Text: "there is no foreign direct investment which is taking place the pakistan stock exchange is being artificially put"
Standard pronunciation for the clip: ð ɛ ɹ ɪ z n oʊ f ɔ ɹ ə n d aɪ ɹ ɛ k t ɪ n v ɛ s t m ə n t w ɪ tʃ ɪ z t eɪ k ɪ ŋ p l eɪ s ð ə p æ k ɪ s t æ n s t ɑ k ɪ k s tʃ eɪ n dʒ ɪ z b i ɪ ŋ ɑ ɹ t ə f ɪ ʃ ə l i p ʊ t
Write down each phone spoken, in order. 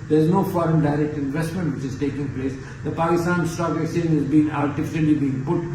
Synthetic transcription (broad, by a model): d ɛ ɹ ɪ z n oʊ f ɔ ɹ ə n d aɪ ɹ ɛ k t ɪ n v ɛ s t m ə n t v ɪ tʃ ɪ z t eɪ k ɪ ŋ p l eɪ s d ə p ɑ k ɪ s t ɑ n s t ɑ k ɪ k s eɪ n ɪ z b i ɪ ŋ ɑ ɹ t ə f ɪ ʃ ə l i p ʊ t